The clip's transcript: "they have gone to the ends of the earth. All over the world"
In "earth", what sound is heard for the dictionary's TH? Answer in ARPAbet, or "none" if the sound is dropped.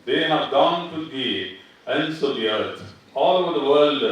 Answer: T